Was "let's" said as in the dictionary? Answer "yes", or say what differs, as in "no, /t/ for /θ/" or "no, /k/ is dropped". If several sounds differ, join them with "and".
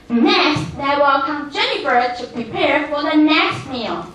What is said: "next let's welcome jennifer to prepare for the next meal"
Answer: no, /s/ is dropped